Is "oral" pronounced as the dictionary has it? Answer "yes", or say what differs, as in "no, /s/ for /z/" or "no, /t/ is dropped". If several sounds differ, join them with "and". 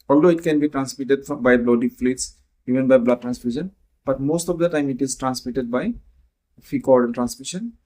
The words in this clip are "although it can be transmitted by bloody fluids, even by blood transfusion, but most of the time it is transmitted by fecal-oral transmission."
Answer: no, /n/ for /l/